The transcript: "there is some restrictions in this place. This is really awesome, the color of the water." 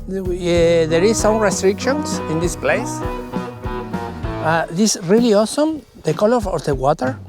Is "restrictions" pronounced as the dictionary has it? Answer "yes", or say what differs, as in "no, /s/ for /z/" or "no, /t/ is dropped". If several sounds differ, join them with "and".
no, /s/ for /z/